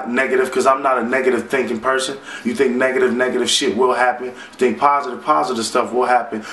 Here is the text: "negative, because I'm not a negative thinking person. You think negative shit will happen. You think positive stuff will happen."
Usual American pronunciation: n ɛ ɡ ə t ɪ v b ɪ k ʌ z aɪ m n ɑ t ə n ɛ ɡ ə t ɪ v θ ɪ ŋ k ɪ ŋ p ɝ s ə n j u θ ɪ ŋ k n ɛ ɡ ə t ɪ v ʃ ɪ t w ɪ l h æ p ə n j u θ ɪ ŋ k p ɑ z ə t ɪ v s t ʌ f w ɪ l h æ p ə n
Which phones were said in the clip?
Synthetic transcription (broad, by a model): n ɛ ɡ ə t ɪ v k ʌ z aɪ m n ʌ t ə n ɛ ɡ ə t ɪ v θ ɪ ŋ k ɪ ŋ p ɝ s ə n j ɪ θ ɪ ŋ k n ɛ ɡ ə t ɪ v ʃ ɪ t w ɪ l h æ p ə n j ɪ θ ɪ ŋ k p ɑ z ə t ɪ v s t ʌ f w ɪ l h æ p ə n